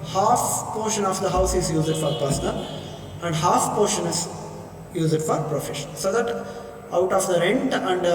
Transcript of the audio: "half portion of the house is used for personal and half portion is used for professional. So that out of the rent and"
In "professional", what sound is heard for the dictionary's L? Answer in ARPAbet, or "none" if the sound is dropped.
N